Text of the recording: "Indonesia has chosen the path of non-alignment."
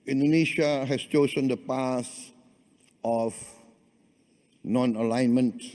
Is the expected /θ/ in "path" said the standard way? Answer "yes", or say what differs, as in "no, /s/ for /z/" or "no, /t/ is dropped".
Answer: no, /s/ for /θ/